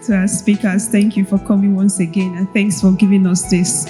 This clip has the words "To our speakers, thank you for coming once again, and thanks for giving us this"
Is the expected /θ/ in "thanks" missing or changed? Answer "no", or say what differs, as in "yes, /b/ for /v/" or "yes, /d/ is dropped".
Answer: no